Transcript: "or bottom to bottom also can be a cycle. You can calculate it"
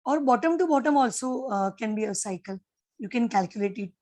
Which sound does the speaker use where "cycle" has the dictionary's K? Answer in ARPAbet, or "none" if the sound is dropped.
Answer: K